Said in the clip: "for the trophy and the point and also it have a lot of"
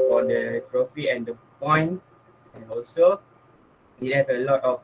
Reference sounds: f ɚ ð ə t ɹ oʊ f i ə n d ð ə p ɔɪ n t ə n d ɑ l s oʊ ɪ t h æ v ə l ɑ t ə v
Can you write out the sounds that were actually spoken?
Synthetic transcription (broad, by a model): f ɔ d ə t ɹ oʊ f i ə n d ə p ɔɪ n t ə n ɑ l s oʊ ɪ t h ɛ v ə l ɑ t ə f